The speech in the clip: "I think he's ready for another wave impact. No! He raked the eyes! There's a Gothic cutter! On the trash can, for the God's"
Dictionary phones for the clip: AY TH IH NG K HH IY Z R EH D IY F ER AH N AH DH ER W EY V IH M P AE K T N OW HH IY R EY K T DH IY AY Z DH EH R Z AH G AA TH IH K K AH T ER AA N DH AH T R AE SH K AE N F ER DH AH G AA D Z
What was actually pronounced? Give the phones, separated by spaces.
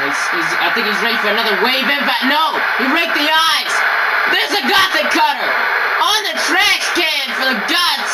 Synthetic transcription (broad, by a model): AY TH IH NG K HH IY Z R EH D IY F ER AH N AH DH ER W EY V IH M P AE T N OW HH IY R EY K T DH IY AY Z DH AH R Z AH G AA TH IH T K AH T ER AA N DH AH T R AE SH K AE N F ER DH AH G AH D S